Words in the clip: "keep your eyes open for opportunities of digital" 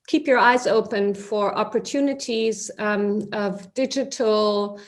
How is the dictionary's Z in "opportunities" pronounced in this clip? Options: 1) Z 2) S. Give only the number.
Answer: 1